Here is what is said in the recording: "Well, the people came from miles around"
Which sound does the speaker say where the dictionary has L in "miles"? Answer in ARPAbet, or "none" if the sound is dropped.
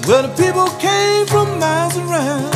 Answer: none